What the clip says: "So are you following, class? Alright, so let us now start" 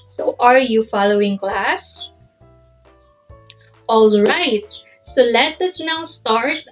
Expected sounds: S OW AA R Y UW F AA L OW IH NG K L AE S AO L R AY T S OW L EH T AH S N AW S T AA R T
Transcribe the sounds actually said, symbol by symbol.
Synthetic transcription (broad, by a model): S OW AA R Y UW F AA L OW IH NG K L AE S AO L R AY T S OW L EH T AH S N AW S T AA R T